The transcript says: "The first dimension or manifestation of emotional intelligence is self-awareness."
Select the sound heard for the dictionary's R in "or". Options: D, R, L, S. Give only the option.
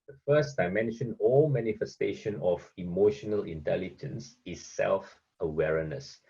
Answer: L